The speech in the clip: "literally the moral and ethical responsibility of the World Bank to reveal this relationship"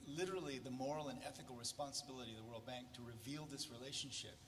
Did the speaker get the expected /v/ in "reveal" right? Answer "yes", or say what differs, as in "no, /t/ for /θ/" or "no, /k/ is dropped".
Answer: yes